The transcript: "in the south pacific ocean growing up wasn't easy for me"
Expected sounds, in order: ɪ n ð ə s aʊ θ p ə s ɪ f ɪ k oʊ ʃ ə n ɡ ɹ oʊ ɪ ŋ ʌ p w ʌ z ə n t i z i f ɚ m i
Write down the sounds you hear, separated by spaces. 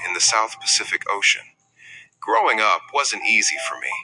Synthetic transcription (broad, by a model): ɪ n ð ə s aʊ θ p ə s ɪ f ɪ k oʊ ʃ ə n ɡ ɹ oʊ ɪ ŋ ʌ p w ʌ z ə n t i z i f ɚ m i